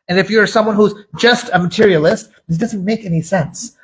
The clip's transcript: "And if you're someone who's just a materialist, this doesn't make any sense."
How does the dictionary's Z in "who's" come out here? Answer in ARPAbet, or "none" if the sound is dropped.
Z